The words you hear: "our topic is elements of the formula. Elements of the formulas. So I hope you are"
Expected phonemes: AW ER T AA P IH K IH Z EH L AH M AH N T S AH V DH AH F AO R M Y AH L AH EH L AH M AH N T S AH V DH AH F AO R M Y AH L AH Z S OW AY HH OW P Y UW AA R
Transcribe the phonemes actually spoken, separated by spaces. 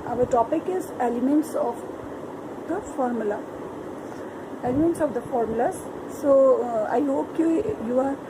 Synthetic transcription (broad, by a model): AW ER T AA P IH K IH Z EH L AH M AH N T S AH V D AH F AO R M Y AH L AH EH L AH M AH N T S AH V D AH F AO R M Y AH L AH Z S OW AY HH OW P Y UW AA R